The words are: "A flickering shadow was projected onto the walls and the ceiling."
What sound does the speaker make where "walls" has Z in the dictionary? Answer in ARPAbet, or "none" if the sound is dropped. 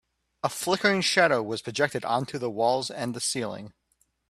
Z